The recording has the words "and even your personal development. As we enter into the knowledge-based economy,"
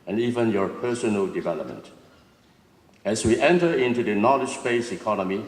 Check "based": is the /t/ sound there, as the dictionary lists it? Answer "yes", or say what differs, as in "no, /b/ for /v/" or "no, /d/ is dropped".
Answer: no, /t/ is dropped